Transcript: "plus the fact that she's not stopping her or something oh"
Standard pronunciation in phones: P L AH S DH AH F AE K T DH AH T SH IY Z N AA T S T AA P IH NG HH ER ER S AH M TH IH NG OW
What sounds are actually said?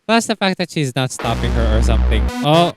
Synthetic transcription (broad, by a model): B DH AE S DH AH F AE K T DH AH T SH IY Z N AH T S T AA P IH NG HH ER ER S AH M TH IH NG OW